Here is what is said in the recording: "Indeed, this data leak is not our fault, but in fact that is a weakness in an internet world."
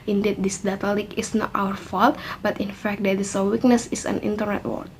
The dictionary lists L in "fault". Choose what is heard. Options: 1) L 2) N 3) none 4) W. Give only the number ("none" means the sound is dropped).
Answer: 1